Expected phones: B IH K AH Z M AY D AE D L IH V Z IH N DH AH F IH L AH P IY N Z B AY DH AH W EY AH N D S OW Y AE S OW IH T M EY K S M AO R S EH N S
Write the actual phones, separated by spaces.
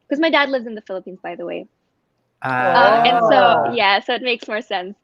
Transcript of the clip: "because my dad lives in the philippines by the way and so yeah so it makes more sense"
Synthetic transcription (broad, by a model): K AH Z M AY D AE D L IH V Z IH N DH AH F IH L AH P IY N Z B AY DH AH W EY AH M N S OW Y AE S OW IH T M EY K S M AO R S EH N S